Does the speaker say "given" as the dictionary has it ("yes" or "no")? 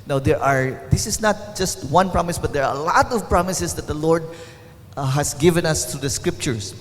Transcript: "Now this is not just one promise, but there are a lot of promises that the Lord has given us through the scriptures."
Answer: yes